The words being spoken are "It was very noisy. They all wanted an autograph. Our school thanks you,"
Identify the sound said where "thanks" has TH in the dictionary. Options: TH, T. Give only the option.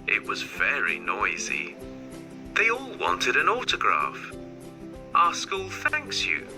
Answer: TH